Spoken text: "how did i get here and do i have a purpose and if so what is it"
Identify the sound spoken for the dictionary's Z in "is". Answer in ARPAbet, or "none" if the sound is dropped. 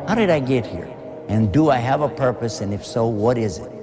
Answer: Z